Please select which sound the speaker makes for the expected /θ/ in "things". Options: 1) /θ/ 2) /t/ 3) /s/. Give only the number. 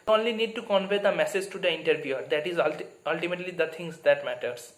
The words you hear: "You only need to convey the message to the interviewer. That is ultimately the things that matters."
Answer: 2